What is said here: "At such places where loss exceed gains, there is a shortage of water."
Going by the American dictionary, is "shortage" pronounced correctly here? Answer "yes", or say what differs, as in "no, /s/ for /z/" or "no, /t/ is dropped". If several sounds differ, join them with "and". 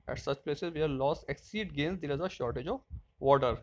yes